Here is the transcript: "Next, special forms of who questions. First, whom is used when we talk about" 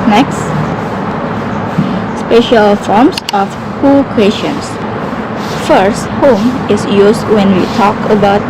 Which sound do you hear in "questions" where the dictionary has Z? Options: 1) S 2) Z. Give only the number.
1